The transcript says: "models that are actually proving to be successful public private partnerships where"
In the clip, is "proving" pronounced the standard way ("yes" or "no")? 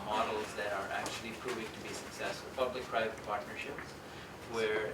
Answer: yes